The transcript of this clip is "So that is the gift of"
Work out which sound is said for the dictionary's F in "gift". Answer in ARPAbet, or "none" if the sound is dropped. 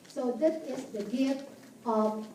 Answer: none